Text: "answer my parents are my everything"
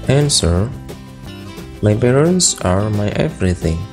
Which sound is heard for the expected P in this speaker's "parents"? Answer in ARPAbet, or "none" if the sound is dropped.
B